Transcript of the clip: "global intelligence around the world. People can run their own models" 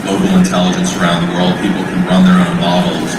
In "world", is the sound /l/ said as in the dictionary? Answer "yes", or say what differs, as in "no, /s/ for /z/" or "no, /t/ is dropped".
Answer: yes